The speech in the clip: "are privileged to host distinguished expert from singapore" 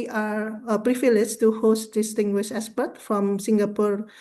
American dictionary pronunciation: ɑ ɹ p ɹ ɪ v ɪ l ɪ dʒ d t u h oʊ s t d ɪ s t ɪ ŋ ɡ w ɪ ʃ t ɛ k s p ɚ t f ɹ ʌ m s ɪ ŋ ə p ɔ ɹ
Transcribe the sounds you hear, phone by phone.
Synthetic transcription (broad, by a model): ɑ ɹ p ɹ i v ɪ l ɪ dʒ t u h oʊ s t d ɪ s t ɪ ŋ ɡ w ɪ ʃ ɛ s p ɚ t f ɹ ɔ m s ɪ ŋ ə p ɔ ɹ